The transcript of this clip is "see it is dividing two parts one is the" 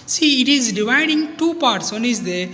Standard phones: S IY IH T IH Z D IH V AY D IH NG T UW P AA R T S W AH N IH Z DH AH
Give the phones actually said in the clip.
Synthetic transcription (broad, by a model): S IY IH T IH Z D IH V AY D IH NG T UW P AA R T S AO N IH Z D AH